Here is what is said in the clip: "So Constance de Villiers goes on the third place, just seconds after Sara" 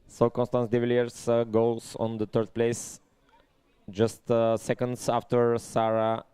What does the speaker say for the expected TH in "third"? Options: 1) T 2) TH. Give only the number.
1